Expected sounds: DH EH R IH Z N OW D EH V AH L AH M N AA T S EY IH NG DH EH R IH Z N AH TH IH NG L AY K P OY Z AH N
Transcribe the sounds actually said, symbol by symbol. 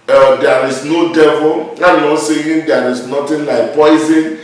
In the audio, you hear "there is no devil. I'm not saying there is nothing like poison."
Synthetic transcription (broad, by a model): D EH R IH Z N OW D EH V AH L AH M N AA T S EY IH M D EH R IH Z N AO T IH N L AY K P OY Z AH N